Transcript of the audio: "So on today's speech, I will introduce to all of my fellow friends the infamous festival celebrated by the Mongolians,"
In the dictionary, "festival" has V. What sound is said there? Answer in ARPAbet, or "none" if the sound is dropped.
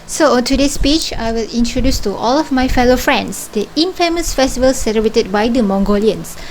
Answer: V